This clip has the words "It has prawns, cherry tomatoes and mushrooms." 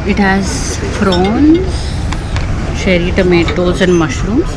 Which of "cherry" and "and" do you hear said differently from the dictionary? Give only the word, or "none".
cherry